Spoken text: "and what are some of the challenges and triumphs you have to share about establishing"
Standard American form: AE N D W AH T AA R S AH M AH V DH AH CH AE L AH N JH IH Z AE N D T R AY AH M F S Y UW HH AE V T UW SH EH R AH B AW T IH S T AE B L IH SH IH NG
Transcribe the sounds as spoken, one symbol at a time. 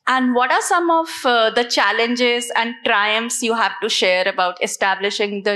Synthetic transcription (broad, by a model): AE N D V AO T AA R S AH M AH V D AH CH AE L AH N JH IH Z AE N D T R AY AH M F S Y UW HH AE V T UW SH EH R AH B AW T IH S T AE B L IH SH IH NG